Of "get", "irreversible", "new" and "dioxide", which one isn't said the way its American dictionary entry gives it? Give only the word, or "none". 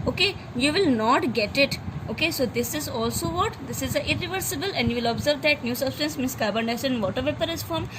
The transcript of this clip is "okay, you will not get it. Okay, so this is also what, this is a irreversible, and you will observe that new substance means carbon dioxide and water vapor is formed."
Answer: dioxide